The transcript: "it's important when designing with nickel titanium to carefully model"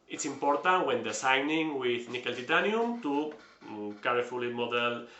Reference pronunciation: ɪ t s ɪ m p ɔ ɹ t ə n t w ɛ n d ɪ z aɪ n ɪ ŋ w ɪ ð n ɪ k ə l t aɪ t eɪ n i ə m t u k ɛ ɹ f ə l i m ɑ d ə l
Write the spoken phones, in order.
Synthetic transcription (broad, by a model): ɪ t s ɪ m p ɔ ɹ t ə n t w ɛ n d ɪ s aɪ n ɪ ŋ w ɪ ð n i k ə l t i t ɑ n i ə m t u k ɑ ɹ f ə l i m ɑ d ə l